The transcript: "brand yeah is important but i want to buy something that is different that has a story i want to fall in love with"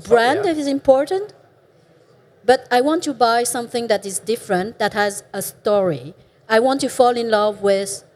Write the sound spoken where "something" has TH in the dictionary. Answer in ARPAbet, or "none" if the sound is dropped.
TH